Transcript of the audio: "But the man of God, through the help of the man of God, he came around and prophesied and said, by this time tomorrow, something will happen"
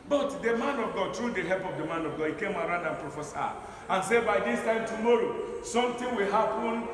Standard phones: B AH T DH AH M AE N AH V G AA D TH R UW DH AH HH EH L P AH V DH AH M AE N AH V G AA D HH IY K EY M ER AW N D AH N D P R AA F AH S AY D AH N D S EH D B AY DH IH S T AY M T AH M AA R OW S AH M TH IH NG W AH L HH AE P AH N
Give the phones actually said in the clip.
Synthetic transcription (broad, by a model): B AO T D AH M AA N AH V G AA D T R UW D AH HH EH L P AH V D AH M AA N AH V G AA D HH IY K EY M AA AW N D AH N P R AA F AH S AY AH N S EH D B AY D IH S T AY M T AH M AA R OW S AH M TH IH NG W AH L HH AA P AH N